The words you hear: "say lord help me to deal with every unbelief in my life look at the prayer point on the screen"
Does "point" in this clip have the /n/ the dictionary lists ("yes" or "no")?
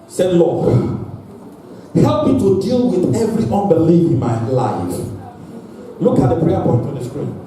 yes